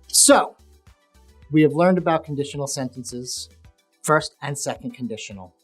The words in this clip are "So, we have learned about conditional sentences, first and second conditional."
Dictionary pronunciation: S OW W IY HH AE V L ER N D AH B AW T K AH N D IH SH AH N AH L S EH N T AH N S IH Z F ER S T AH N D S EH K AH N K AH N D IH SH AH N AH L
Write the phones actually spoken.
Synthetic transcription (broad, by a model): S OW W IY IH V L ER N D AH B AW T K N D IH SH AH N L S EH N T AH N S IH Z F ER S T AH N S EH K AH N K N D IH SH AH N L